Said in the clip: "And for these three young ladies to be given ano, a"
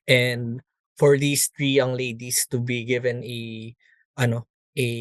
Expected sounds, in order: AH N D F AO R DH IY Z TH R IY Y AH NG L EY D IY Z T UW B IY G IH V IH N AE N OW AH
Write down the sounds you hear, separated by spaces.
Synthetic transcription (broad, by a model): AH N D F AO R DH IY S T R IY Y AH NG L EY D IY S T UW B IY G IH V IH N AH N OW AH